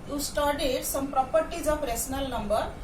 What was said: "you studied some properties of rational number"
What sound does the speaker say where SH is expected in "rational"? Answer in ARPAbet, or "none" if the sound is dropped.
S